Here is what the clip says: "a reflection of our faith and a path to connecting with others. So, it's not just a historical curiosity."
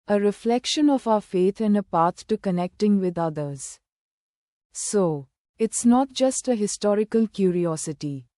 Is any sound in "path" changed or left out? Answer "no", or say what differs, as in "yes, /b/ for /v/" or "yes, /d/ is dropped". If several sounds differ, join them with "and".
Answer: yes, /t/ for /θ/